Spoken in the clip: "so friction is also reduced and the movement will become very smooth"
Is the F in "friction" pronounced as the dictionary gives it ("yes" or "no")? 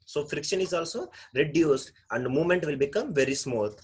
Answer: yes